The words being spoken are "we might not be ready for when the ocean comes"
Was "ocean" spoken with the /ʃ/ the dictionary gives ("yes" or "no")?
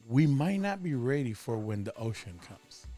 yes